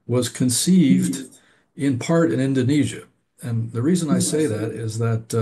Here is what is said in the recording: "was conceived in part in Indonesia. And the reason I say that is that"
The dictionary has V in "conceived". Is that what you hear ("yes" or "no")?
yes